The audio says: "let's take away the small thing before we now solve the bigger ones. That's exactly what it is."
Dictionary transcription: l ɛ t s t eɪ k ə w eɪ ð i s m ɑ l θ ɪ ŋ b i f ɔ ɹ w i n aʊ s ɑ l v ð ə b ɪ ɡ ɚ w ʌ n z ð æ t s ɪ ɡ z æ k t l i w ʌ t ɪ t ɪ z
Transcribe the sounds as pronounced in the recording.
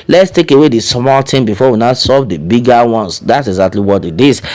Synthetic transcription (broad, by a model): l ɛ t s t eɪ k ə w eɪ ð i s m ɑ l t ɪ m b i f ɔ w i n aʊ s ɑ v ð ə b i ɡ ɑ w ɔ n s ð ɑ t s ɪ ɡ z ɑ k t l i w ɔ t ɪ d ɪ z